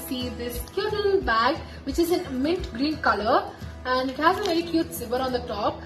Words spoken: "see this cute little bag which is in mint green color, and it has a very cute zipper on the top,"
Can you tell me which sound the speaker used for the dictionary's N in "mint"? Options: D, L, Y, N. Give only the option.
L